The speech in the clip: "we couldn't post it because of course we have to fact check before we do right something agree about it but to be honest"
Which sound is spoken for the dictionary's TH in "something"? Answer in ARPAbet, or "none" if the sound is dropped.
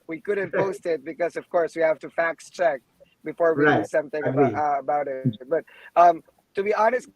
TH